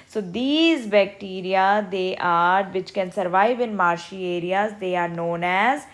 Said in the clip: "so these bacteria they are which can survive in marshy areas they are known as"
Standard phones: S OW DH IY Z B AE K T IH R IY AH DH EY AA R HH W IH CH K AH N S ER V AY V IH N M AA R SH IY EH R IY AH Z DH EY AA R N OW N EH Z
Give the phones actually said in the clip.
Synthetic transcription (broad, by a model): S OW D IY Z B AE K T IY R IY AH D EY AA R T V IH CH K AH N S ER V AY V IH N M AA R SH IY EH R IY AH Z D EY AA R N OW N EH Z